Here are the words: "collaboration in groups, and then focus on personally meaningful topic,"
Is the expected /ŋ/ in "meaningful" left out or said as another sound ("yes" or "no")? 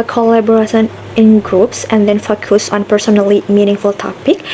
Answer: no